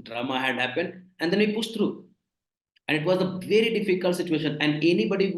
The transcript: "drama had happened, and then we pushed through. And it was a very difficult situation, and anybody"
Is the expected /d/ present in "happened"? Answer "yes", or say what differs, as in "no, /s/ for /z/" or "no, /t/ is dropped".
yes